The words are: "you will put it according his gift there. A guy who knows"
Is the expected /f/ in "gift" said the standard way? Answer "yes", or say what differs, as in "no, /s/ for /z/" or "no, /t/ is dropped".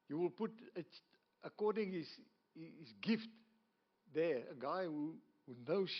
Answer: yes